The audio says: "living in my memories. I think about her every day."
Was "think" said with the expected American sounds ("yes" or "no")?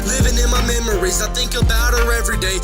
yes